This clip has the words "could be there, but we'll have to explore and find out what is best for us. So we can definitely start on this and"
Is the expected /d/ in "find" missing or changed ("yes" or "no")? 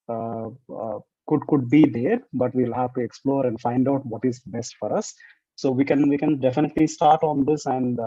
no